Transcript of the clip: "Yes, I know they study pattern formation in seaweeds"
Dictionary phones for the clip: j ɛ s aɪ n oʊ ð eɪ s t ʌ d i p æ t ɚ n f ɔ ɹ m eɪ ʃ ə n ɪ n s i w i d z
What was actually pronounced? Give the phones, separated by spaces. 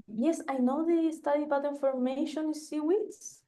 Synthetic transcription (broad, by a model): j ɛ s aɪ n oʊ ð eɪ s t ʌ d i b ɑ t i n f ɔ ɹ m eɪ ʃ ə n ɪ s s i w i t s